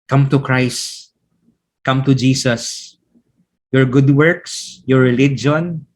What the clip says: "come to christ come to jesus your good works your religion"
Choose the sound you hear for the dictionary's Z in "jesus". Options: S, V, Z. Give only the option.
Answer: S